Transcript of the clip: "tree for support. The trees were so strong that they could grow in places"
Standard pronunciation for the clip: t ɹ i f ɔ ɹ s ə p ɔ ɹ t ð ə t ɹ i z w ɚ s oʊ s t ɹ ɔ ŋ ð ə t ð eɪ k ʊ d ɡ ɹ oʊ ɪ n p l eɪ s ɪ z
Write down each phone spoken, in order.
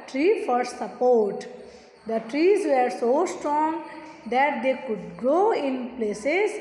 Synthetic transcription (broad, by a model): t ɹ i f ɔ ɹ s ə p ɔ ɹ t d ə t ɹ i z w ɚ s oʊ s t ɹ ɔ ŋ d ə t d eɪ k ʊ d ɡ oʊ ɪ n p l eɪ s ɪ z